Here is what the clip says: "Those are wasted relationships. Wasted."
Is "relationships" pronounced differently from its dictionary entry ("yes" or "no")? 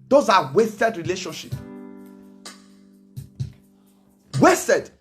yes